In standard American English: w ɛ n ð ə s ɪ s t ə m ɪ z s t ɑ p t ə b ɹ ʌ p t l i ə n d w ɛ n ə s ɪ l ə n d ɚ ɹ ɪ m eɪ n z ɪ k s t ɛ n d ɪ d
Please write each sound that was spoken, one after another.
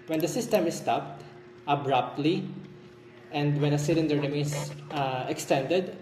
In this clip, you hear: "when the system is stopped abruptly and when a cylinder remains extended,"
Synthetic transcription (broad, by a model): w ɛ n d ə s ɪ s t ə m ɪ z s t ɑ p t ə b ɹ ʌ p t l i ə n d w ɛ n ə s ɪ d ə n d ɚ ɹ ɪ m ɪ z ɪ k s t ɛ n d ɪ d